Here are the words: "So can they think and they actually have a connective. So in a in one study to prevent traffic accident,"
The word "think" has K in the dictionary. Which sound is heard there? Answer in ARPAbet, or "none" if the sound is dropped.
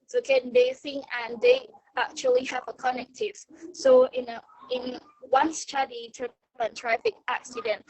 none